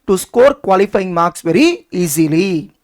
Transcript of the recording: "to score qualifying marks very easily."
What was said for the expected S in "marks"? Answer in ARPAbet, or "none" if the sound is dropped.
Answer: S